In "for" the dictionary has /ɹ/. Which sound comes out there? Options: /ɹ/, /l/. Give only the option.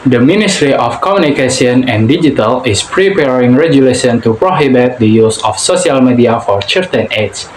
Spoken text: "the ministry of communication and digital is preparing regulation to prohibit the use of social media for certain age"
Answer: /ɹ/